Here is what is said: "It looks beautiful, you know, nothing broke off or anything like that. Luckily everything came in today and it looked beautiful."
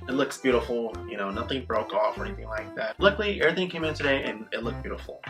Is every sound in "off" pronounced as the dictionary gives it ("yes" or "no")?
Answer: yes